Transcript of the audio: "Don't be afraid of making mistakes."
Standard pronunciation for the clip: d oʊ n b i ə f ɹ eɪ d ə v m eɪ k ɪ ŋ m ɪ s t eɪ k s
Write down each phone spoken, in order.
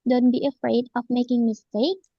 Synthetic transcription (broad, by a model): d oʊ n b i ə f ɹ eɪ d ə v m eɪ k ɪ ŋ m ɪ s t eɪ k